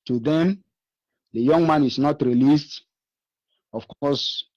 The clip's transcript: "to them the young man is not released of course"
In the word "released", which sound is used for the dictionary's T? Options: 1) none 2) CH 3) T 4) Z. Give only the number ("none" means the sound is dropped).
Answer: 3